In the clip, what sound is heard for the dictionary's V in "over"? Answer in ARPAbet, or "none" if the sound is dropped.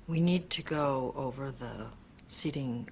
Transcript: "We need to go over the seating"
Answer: V